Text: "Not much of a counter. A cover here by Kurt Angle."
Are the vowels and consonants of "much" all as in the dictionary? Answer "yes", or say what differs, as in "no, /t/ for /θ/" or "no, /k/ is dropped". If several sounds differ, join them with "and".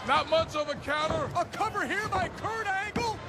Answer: no, /s/ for /tʃ/